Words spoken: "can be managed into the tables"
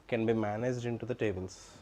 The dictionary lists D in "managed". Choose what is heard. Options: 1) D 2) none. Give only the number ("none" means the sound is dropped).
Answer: 1